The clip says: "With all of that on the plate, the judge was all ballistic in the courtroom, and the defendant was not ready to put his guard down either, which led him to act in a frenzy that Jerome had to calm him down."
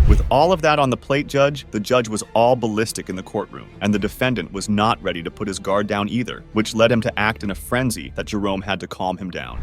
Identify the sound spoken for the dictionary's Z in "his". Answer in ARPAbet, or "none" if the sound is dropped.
Z